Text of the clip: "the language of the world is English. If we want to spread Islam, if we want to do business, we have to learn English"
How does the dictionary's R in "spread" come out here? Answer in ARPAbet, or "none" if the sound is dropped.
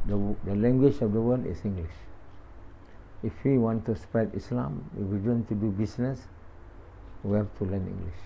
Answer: none